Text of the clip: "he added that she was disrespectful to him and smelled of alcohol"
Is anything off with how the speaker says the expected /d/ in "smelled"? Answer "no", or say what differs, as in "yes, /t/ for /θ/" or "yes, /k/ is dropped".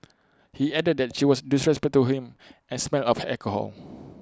yes, /d/ is dropped